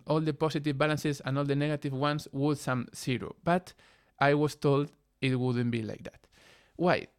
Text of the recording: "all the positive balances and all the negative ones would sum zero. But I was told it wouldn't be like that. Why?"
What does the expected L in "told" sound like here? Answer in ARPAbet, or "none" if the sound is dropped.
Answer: L